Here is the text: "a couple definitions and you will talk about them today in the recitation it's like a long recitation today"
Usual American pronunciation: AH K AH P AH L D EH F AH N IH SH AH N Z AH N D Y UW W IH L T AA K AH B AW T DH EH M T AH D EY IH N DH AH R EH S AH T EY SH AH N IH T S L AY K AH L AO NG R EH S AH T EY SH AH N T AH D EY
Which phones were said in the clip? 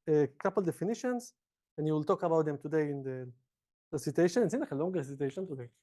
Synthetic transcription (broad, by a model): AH K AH P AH L D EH F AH N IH SH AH N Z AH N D Y UW W IH L T AA K AH B AW T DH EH M T AH D EY IH N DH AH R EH S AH T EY SH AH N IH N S N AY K AH L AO NG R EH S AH T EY SH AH N T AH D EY